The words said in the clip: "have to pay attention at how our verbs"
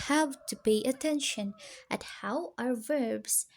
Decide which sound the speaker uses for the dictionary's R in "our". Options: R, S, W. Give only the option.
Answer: R